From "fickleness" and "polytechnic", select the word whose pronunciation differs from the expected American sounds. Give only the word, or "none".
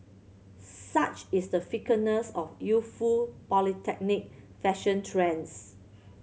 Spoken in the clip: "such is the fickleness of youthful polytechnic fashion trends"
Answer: fickleness